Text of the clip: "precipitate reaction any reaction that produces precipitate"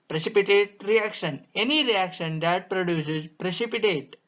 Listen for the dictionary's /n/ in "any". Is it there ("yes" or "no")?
yes